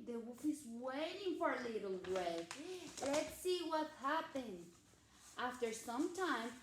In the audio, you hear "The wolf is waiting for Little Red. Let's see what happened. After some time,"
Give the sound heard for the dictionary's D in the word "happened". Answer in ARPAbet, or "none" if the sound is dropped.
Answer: none